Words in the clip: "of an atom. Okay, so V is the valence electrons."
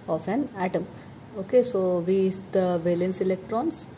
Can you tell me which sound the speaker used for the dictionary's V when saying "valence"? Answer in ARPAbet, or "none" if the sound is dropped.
V